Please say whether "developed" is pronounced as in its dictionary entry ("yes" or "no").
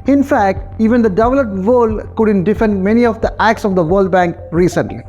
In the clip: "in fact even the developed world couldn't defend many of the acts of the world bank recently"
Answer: no